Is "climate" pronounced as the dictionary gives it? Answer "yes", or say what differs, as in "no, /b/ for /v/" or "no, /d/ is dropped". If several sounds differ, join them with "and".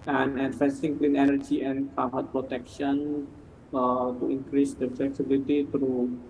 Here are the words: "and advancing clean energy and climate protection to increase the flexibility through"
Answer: no, /l/ is dropped